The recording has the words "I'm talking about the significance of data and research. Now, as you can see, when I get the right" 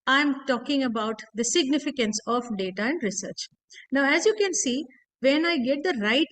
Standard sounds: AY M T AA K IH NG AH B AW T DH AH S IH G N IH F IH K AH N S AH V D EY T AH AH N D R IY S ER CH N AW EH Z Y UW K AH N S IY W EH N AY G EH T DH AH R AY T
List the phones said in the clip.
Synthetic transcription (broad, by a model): AY M T AA K IH NG AH B AW T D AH S IH G N IH F IH K AH N S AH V D EY T AH AH N D R IY S ER CH N AW EH Z Y UW K AH N S IY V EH N AY G EH T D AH R AY T